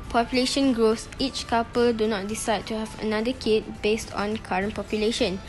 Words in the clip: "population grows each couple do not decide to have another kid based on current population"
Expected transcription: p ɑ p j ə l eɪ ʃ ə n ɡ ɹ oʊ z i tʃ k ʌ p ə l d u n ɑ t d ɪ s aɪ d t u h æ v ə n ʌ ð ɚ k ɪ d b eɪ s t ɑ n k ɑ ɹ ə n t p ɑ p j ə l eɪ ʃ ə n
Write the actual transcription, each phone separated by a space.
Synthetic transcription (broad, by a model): p ɑ p j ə l eɪ ʃ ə n ɡ ɹ oʊ s i tʃ k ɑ p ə l d u n ɑ t d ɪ s aɪ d t u h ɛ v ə n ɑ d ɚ k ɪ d b eɪ s t ɑ n k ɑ ɹ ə n p ɑ p j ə l eɪ ʃ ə n